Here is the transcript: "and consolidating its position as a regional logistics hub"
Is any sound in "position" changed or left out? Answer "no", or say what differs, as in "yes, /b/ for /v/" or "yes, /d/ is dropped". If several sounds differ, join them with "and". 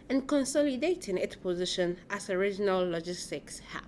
no